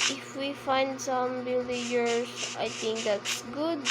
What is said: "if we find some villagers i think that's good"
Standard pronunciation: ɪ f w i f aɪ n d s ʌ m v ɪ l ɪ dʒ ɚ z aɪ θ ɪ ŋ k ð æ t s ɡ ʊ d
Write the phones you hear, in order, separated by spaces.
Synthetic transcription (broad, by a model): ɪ f w i f aɪ n d s ʌ m b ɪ l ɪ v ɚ s aɪ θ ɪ ŋ k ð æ t s ɡ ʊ d